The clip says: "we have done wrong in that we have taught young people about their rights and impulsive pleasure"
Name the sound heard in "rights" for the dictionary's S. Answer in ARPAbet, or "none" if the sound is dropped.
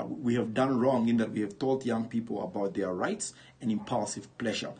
S